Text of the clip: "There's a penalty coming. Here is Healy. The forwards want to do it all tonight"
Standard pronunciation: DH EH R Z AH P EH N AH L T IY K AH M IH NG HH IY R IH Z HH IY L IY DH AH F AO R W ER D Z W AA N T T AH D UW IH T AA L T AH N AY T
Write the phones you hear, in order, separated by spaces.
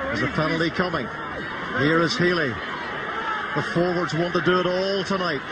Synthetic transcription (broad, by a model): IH Z AH F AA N L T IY K AH M IH NG HH IY R IH Z HH IY L IY DH AH F AO R W ER D Z W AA N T T AH D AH IH T AA L T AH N AY T